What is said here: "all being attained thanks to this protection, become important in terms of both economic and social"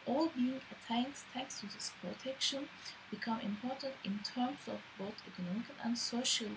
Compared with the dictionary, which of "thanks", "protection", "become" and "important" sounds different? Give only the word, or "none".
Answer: thanks